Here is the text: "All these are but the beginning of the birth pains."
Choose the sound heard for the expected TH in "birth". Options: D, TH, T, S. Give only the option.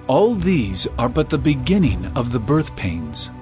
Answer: TH